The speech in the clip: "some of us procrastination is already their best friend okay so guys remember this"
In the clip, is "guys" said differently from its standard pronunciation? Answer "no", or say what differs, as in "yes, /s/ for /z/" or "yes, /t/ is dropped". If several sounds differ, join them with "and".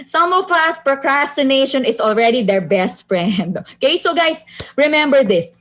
yes, /s/ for /z/